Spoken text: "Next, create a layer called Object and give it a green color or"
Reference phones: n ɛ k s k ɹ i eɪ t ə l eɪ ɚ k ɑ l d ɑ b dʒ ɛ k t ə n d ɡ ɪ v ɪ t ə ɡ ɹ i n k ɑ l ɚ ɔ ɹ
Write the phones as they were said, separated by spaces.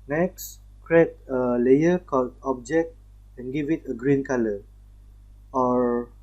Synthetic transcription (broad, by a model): n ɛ k s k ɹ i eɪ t ə l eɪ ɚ k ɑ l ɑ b dʒ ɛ k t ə n ɡ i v ɪ t ə ɡ ɹ i n k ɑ l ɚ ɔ ɹ